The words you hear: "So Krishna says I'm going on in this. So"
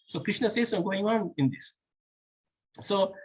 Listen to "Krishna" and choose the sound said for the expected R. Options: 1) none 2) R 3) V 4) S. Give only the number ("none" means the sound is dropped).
2